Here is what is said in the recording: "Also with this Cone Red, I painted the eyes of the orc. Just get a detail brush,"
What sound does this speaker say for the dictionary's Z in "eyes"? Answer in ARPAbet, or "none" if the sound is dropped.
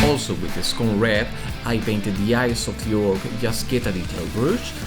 S